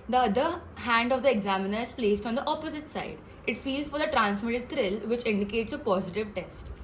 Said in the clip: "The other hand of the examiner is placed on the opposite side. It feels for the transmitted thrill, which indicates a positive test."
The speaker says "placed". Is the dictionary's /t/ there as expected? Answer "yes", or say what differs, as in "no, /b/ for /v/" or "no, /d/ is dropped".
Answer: yes